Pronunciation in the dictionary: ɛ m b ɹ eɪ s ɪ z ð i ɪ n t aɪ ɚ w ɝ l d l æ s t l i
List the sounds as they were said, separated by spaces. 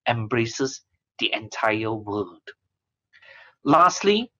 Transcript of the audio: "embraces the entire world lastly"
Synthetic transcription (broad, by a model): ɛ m b ɹ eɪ s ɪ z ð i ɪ n t aɪ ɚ w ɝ d l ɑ s t l i